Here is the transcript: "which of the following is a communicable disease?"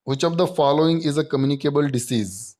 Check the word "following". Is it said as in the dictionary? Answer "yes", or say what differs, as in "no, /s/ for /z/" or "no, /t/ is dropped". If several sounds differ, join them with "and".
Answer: yes